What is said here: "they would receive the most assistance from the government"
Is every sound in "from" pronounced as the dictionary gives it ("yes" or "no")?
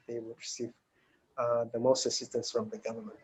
yes